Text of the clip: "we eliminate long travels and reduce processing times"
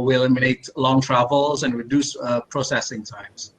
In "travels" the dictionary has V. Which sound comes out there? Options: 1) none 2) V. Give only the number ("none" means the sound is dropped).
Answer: 2